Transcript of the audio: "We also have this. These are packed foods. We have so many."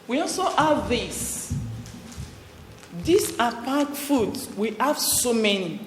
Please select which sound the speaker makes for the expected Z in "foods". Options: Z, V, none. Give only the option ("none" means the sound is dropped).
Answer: none